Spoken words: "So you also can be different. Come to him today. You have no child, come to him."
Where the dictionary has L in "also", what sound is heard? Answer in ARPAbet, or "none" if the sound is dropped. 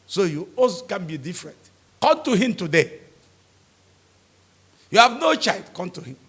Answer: none